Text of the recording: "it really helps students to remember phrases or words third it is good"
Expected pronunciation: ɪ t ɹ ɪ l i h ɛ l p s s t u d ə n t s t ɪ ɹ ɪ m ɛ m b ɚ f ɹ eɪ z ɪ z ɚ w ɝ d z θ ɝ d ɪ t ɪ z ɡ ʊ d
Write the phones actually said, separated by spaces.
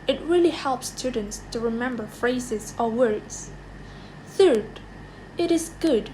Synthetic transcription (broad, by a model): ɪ t ɹ ɪ l i h ɛ l p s s t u d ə n t s t ɪ ɹ ɪ m ɛ m b ɚ f ɹ eɪ z ɪ z ɚ w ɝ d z θ ɝ d ɪ t ɪ z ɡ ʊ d